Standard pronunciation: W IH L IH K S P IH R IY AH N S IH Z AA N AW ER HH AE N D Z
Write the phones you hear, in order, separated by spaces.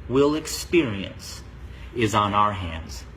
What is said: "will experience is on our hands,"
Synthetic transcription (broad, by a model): W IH L IH K S P IH R IY AH N S IH Z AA N AW ER HH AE N D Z